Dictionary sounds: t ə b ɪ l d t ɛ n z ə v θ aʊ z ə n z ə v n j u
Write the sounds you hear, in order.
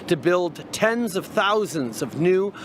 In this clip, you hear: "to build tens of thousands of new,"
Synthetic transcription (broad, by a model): t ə b ɪ l d t ɛ n z ə v θ aʊ z ə n z ə v n j u